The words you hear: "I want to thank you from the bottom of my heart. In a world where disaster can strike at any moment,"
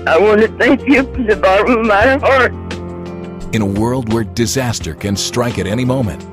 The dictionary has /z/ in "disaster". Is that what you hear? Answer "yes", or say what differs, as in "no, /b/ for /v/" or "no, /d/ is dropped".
yes